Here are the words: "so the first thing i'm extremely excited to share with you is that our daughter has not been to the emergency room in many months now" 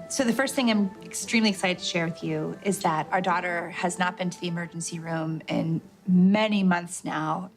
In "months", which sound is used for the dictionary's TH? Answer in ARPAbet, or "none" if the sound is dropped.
TH